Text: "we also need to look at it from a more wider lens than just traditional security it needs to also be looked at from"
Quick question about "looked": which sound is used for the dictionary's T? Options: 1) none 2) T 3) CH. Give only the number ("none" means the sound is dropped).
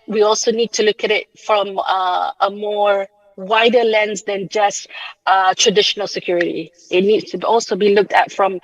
2